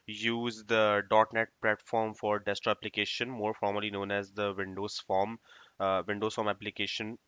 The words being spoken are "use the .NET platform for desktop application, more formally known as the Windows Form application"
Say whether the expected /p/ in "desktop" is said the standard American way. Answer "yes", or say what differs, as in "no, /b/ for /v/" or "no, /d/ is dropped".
no, /p/ is dropped